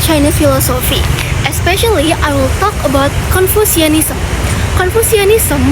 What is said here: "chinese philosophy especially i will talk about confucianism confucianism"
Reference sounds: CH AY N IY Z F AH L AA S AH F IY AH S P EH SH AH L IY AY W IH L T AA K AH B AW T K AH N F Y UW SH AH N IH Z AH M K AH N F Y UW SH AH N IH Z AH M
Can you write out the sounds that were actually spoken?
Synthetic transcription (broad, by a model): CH AY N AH F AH L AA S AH F IY AH S P EH SH AH L IY AY W IH L T AA K AH B AW T K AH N F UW S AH N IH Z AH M K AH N F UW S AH N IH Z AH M